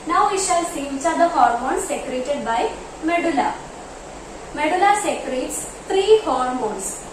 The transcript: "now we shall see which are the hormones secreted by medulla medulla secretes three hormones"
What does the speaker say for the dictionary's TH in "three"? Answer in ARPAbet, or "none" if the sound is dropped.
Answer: T